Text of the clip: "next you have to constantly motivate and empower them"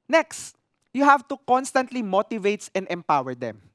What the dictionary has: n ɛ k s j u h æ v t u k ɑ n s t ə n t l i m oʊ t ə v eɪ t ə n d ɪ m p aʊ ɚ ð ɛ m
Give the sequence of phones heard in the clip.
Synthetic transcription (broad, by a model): n ɛ k s j u h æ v t u k ɑ n s t ə n t l i m oʊ t ə v eɪ t ə n d ɪ m p aʊ ɚ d ɛ m